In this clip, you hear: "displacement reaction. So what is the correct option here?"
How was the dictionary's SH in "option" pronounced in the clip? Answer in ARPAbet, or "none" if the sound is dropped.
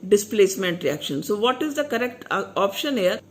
SH